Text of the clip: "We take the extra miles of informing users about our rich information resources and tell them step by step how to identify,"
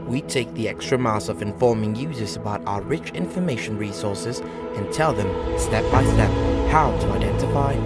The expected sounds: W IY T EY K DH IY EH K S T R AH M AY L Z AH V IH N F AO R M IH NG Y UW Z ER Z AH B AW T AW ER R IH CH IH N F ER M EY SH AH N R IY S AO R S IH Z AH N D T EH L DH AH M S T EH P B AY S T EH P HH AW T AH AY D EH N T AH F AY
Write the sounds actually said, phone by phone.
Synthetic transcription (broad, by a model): W IY T EY K DH IY EH K S T R AH M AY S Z AH V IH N F AO R M IH NG Y UW Z ER Z AH B AW T AW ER R IH CH IH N F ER M EY SH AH N R IY S AO R S IH Z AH N T EH L DH AH M S T EH P B AY S T EH P HH AW T AH AY D EH N T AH F AY